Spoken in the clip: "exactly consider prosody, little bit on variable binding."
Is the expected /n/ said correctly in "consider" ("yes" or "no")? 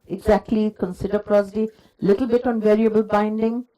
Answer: yes